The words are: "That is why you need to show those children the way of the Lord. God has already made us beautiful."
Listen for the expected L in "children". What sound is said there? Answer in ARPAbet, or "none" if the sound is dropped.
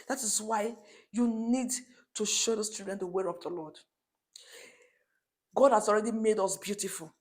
none